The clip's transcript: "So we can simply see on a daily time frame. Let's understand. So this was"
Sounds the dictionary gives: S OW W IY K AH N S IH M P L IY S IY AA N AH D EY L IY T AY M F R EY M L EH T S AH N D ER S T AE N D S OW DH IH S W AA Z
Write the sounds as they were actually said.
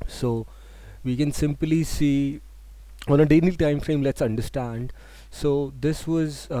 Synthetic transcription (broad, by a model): S OW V IY K AH N S IH M P L IY S IY AA N AH D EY N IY T AY M F R EY M L EH T S AH N D ER S T AE N D S OW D IH S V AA Z